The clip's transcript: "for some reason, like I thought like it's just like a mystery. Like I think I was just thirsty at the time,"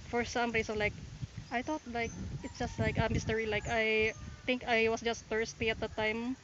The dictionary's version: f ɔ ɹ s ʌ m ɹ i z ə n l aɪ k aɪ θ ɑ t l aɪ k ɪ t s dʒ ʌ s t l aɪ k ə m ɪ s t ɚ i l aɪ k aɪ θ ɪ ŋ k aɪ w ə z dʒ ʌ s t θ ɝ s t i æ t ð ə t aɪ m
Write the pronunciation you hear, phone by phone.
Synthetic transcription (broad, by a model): f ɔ ɹ s ʌ m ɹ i s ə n l aɪ k aɪ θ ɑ t l aɪ k ɪ t s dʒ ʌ s t l aɪ k ə m ɪ s t ɚ i l aɪ k aɪ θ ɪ ŋ k aɪ w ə s dʒ ʌ s t f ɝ s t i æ t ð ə t aɪ m